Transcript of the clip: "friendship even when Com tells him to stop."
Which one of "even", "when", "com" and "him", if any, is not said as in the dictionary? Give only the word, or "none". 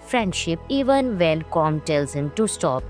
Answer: when